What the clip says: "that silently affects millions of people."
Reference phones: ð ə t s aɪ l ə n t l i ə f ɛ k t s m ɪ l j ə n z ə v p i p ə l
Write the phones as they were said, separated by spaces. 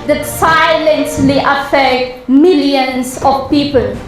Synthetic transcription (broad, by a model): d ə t s aɪ l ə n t l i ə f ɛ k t m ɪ l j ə n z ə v p i p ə l